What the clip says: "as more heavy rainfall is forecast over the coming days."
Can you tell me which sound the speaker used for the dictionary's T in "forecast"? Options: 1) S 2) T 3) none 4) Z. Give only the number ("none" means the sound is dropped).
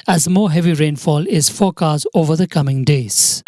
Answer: 3